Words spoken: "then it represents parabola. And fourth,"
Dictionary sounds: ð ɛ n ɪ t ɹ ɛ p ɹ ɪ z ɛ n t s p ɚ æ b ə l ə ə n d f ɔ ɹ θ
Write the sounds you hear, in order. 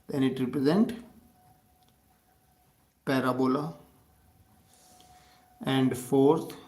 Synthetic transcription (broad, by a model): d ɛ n ɪ t ɹ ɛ p ɹ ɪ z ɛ n t p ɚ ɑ b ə l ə ə n d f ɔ ɹ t